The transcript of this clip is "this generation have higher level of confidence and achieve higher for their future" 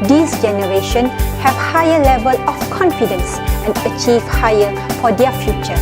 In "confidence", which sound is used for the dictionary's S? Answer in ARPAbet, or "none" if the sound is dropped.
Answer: S